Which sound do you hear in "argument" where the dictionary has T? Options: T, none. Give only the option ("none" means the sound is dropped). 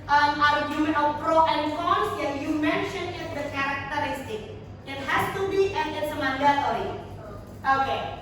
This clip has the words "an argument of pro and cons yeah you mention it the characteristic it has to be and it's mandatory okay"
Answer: none